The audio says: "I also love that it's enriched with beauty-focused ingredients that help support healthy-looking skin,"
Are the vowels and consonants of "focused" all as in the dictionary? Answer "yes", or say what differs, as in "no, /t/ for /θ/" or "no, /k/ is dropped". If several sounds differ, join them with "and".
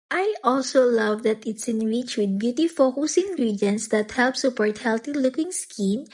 no, /t/ is dropped